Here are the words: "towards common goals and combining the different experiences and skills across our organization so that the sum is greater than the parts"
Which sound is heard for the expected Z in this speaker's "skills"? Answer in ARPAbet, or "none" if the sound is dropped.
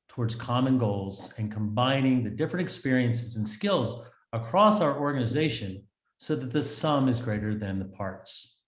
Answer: Z